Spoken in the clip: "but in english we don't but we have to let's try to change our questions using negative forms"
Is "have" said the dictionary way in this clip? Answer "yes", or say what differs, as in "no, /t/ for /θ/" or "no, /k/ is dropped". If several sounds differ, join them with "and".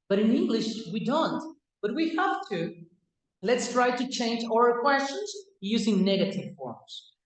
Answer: no, /f/ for /v/